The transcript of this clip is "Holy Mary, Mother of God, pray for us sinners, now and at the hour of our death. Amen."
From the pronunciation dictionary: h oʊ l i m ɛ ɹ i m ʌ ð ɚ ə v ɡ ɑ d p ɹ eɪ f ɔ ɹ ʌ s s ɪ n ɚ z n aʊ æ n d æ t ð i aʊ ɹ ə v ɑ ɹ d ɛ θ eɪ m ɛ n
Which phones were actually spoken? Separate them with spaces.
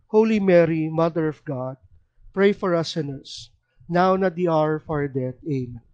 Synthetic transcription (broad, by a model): h oʊ l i m ɛ ɹ i m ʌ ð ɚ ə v ɡ ɑ d p ɹ eɪ f ɔ ɹ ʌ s s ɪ n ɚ s n aʊ n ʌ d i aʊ ɹ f ɑ ɹ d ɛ t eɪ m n